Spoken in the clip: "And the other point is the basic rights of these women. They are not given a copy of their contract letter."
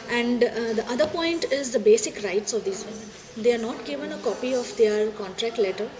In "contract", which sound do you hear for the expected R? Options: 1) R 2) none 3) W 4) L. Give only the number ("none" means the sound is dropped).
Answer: 1